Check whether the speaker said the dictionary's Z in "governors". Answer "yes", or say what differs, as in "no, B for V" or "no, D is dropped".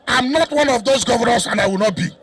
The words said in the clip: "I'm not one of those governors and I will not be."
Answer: no, S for Z